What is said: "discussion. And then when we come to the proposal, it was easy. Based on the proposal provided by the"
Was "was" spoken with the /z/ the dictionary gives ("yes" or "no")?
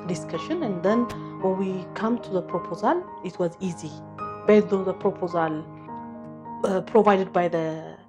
yes